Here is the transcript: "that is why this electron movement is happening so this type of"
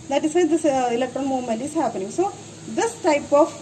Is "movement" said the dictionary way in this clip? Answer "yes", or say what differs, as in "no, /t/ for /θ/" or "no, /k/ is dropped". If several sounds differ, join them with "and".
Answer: no, /v/ is dropped